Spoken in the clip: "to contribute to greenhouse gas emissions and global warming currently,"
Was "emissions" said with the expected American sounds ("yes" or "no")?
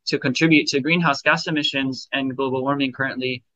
yes